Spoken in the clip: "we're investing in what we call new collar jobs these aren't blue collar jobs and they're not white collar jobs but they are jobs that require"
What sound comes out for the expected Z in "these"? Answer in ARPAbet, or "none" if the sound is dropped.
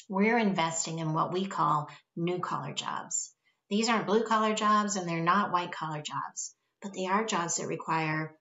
Z